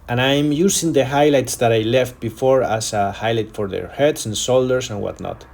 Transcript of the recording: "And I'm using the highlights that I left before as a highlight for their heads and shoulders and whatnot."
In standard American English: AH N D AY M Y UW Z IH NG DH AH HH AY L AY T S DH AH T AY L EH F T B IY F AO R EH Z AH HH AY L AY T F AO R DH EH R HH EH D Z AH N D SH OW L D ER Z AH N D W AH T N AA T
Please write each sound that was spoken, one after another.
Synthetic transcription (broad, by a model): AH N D AY M Y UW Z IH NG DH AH HH AY L AY T S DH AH T AY L EH F T B IY F AO R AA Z AH HH AY L AY T F AO R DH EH R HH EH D S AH N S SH OW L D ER S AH N W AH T N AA T